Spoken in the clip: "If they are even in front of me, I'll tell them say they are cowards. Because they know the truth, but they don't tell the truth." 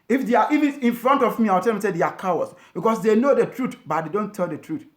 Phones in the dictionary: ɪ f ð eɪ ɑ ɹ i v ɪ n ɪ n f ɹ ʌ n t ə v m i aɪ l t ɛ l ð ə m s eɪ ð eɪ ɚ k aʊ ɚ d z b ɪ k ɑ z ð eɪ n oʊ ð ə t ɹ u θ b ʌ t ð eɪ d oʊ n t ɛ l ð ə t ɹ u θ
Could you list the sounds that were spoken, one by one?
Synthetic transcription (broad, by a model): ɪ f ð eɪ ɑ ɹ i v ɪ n ɪ n f ɹ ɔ n t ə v m i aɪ w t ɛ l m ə s eɪ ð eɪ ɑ k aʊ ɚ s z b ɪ k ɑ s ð eɪ n oʊ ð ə t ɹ u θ b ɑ t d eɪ d oʊ n t ɛ l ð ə t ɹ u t